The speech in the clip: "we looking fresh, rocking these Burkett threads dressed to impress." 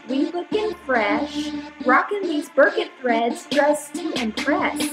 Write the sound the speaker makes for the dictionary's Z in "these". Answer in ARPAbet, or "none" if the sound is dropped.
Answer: Z